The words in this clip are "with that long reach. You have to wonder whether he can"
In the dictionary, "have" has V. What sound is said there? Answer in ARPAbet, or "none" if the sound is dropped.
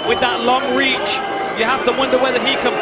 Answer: F